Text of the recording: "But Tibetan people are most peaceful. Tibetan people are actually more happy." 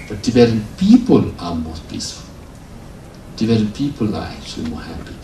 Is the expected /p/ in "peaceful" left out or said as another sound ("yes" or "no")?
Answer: yes